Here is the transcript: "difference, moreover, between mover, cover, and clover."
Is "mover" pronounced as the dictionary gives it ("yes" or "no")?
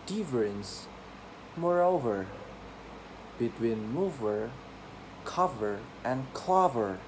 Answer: yes